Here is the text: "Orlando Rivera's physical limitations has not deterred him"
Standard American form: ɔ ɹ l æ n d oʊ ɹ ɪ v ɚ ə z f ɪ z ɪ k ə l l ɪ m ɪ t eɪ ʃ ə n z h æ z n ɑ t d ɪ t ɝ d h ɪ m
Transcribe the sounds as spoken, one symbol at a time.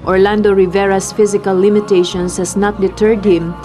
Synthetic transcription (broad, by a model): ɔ ɹ l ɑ n d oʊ ɹ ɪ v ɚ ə s f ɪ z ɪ k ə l l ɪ m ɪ t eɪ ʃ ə n s h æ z n ɑ t d ɪ t ɝ d h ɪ m